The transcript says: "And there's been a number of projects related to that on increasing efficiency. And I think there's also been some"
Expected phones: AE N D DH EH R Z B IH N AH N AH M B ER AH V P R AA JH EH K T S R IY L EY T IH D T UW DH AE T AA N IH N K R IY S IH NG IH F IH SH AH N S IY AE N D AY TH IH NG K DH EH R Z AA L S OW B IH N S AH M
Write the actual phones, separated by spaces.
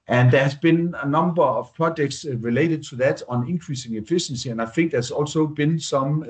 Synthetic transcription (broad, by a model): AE N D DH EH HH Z B IH N N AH M B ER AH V P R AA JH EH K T S R IY L EY T IH D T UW DH AE T N IH N K R IY S IH NG IH F IH SH AH N S IY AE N AY F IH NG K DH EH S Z AA L S OW B IH N S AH M